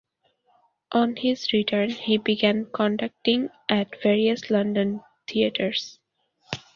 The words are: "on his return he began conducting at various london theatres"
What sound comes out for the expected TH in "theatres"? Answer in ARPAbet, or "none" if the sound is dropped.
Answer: T